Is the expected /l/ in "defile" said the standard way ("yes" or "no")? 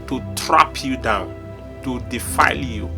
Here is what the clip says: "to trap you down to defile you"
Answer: yes